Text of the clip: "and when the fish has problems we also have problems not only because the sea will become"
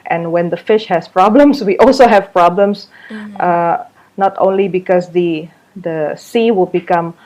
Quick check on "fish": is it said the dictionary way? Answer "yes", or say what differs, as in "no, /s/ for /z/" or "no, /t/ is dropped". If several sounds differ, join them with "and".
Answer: yes